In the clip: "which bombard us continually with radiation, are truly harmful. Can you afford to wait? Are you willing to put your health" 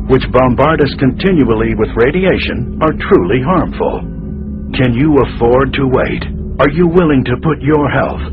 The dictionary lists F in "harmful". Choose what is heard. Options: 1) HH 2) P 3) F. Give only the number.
3